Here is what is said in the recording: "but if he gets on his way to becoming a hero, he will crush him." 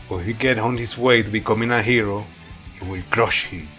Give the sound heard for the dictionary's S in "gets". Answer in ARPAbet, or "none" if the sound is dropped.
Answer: none